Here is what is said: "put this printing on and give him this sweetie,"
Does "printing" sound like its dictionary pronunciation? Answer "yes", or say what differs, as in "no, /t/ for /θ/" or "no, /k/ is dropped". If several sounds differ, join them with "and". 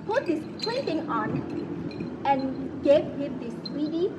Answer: no, /l/ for /ɹ/